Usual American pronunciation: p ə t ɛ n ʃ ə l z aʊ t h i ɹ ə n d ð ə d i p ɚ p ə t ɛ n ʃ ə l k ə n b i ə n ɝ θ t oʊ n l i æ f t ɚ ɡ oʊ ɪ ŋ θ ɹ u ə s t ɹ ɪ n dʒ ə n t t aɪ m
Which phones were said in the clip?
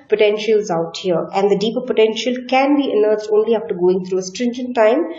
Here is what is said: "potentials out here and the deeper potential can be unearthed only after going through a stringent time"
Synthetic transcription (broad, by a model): p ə t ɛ n ʃ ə l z aʊ t h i ɹ ə n d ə d i p ɚ p ə t ɛ n ʃ ə l k ə n b i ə n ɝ s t oʊ n l i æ f t ɚ ɡ oʊ ɪ ŋ t ɹ u ə s t ɹ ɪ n dʒ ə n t t aɪ m